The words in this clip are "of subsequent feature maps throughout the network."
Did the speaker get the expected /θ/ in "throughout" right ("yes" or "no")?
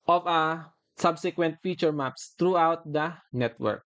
no